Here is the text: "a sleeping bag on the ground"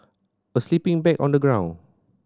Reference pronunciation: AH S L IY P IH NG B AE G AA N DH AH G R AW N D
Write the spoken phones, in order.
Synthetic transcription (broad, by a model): AH S L IY P IH NG B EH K AA N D AH G R AW N